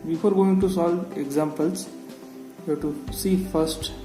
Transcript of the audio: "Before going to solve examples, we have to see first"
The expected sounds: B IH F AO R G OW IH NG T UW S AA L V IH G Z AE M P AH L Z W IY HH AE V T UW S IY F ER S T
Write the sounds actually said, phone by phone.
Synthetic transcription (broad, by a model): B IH F AO R G OW IH NG T UW S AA L IH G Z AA M P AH L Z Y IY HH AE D T UW S IY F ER S T